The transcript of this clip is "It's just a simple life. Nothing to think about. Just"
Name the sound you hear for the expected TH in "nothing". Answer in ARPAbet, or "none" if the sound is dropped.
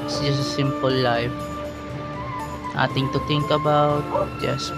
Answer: T